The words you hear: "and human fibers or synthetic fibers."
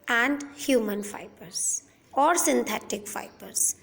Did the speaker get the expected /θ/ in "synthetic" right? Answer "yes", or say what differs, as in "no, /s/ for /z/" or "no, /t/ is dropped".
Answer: no, /t/ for /θ/